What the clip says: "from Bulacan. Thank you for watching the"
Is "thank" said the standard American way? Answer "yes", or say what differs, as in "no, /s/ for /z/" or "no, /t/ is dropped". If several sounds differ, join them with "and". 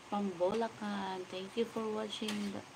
no, /t/ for /θ/